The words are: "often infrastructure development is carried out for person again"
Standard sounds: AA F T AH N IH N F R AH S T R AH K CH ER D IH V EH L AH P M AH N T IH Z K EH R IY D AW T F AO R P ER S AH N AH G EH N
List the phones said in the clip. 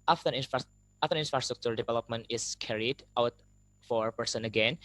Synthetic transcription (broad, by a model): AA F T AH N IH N F R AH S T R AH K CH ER D IH V EH L AH P M AH N T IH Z K EH R IY D AW T F AO R P ER S AH N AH G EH N